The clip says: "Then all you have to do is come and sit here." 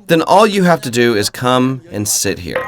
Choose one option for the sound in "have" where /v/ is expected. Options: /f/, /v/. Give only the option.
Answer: /f/